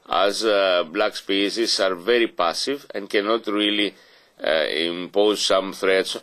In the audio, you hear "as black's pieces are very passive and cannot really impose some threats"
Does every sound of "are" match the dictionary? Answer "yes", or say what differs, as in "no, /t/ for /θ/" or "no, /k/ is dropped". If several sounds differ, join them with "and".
yes